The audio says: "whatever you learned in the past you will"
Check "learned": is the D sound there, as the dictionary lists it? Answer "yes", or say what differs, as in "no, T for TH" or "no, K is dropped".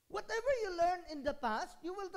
no, D is dropped